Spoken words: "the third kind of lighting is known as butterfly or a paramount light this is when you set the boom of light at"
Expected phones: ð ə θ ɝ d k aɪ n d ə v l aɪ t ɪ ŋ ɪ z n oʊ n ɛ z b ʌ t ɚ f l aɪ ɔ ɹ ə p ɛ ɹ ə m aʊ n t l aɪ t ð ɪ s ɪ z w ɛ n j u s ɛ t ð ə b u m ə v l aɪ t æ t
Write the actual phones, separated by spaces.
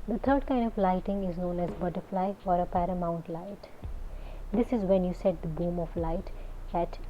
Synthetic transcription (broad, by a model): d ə t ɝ d k aɪ n d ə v l aɪ t ɪ ŋ ɪ z n oʊ n ɛ z b ʌ t ɚ f l aɪ ɔ ɹ ə p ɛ ɹ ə m aʊ n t l aɪ t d ɪ s ɪ z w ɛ n j u s ɛ t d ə b u m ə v l aɪ t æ t